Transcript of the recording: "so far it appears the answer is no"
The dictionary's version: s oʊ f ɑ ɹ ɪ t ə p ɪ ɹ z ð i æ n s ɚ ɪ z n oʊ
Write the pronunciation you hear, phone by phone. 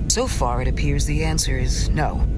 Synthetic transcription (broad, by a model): s oʊ f ɑ ɹ ɪ t ə p ɪ ɹ z ð i æ n s ɚ ɪ z n oʊ